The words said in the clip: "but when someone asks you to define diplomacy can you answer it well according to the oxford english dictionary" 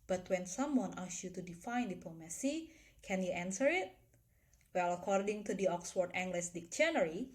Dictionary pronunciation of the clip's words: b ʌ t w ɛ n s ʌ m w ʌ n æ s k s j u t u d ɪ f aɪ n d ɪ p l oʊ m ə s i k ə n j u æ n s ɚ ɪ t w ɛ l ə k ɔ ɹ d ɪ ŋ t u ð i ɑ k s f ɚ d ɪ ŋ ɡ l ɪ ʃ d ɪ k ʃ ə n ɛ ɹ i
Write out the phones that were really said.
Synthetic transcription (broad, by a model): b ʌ t w ɛ n s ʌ m w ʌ n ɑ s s j u t u d ɪ f aɪ n d ɪ p l oʊ m ə s i k ə n j u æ n s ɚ ɪ t w ɛ l ə k ɔ ɹ d ɪ ŋ t u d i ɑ k s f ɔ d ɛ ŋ ɡ l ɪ s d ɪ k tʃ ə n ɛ ɹ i